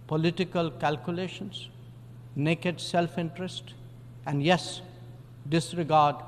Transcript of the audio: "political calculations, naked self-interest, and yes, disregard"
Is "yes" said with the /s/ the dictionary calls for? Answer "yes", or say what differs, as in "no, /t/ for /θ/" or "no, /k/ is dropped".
yes